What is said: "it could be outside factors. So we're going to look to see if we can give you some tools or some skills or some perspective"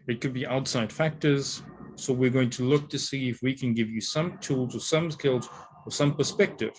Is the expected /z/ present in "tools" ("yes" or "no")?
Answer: yes